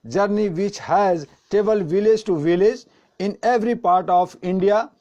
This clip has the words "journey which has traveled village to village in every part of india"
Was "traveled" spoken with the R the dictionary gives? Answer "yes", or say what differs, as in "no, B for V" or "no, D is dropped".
no, R is dropped